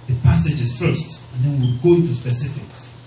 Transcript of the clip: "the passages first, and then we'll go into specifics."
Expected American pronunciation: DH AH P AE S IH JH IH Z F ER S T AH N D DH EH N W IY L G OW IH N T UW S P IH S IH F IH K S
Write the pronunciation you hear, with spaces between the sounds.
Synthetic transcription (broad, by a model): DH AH P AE S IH JH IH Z F ER S T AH N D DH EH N W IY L G OW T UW S P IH S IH F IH K S